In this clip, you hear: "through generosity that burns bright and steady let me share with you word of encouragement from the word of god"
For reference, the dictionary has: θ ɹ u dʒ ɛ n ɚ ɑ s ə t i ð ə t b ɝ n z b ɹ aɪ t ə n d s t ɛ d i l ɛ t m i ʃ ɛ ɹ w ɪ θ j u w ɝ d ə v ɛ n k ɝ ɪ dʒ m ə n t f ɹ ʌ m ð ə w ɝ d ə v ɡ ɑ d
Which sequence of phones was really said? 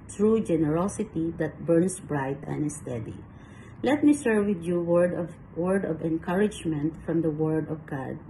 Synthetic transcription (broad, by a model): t ɹ u dʒ ɛ n ɚ ɑ s ə t i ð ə t b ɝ n s b ɹ aɪ t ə n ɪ s t ɛ d i l ɛ t m i s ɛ ɹ w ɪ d j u w ɝ d ə v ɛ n k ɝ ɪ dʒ m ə n t f ɹ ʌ m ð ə w ɝ d ə v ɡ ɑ d